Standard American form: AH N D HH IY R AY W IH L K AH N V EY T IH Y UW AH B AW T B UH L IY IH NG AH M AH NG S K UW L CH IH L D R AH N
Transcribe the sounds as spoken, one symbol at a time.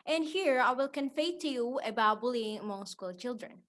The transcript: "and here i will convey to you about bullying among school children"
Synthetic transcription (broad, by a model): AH N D HH IY R AY W IH L K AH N F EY T IH Y UW AH B AW T B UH L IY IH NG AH M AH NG S K UW L CH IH L D R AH N